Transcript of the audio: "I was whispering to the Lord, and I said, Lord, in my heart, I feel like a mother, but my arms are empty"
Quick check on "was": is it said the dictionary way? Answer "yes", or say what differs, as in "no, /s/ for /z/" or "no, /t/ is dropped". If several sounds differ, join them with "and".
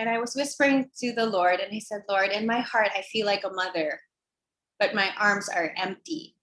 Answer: yes